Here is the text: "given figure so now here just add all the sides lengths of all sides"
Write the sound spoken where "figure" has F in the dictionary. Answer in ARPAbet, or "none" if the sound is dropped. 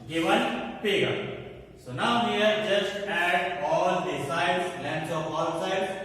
P